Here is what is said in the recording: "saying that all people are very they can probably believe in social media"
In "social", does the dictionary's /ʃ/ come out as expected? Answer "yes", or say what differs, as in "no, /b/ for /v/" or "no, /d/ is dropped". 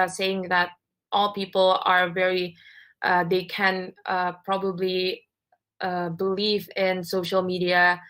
yes